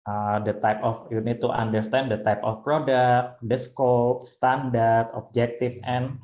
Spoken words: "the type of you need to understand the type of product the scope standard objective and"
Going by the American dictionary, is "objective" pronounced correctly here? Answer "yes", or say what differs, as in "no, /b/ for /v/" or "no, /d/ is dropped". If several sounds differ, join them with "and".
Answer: no, /f/ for /v/